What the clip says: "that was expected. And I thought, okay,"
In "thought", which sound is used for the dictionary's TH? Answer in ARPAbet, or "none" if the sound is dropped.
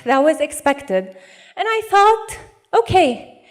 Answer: TH